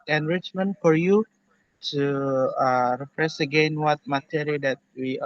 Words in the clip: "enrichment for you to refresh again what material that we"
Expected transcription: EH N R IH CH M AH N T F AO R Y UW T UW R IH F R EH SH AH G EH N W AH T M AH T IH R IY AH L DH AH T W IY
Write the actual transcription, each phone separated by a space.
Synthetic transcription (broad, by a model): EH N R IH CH M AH N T F AO R Y UW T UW R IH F R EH S AH G EH N W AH T M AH T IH R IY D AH T W IY